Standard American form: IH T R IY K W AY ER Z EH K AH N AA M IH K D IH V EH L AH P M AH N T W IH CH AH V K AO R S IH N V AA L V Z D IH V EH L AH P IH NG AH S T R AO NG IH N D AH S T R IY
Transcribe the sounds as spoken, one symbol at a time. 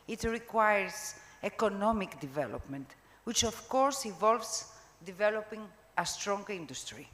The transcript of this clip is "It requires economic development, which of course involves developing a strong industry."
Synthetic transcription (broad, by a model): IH T R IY K W AY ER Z EH K AH N AA M IH K D IH V EH L AH P M AH N T W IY CH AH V K AO R S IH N V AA L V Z D IH V EH L AH P IH NG AH S T R AO NG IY N D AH S T R IY